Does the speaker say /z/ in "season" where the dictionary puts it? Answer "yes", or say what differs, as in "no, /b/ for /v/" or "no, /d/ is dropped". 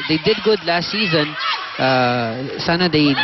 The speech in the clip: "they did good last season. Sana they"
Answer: yes